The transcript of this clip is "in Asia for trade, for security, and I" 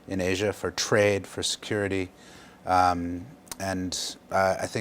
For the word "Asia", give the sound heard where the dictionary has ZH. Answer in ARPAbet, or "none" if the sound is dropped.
ZH